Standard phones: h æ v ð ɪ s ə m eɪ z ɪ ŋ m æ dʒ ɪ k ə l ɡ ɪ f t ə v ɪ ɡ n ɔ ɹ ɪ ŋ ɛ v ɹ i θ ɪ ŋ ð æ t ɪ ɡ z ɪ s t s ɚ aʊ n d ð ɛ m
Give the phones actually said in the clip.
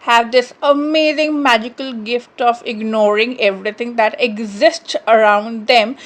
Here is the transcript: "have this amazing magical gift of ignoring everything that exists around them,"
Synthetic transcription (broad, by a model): h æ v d ɪ s ə m eɪ z ɪ ŋ m æ dʒ ɪ k ə l ɡ ɪ f t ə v ɪ ɡ n ɔ ɹ ɪ ŋ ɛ v ɹ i t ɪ ŋ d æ t ɪ ɡ z ɪ s t s ɚ aʊ n d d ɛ m